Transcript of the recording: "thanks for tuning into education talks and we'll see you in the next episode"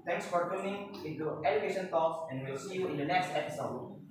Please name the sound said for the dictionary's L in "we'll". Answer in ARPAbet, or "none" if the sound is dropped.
L